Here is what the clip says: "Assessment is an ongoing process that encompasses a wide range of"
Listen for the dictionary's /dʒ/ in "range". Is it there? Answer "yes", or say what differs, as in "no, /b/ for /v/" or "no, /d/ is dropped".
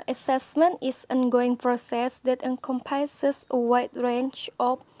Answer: no, /tʃ/ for /dʒ/